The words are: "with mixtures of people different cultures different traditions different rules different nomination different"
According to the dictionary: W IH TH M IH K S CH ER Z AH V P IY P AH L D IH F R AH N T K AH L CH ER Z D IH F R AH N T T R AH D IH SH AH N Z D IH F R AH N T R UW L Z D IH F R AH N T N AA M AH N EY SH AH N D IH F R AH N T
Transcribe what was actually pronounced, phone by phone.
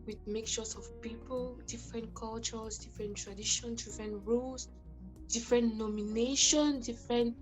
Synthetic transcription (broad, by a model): W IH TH M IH K CH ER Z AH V P IY P AH L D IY F R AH N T K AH L CH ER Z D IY F R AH N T T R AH D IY SH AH N S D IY F R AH N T R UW L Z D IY F R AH N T N AA M AH N EY SH AH N D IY F R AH N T